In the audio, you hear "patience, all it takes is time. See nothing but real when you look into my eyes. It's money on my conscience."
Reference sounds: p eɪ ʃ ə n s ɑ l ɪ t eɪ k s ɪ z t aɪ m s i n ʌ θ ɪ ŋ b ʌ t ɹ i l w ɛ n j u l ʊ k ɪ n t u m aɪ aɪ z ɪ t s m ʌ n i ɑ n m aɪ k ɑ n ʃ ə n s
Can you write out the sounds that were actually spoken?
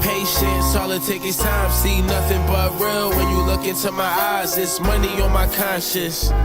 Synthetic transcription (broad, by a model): p eɪ ʃ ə n s ɑ l ɪ t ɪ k ɪ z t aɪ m s i n ʌ θ ɪ ŋ b ʌ t ɹ i l w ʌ n j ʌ l ʊ k ɪ n t u m aɪ aɪ z ɪ t s m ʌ n i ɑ m aɪ k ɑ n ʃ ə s